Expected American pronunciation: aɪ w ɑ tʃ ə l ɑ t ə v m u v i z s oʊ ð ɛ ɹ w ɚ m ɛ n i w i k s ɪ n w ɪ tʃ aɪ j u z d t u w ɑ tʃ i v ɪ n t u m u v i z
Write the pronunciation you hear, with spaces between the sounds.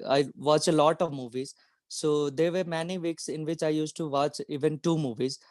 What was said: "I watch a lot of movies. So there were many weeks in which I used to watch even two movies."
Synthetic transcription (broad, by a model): aɪ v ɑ tʃ ə l ɑ t ə v m u v i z s oʊ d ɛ ɹ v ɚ m ɛ n i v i k s ɪ n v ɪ tʃ aɪ j u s t u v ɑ tʃ i v ɪ n t u m u v i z